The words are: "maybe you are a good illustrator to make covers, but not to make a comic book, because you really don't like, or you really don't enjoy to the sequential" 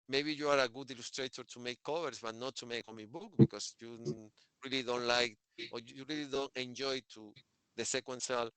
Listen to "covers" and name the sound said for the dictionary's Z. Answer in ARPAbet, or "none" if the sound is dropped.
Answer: S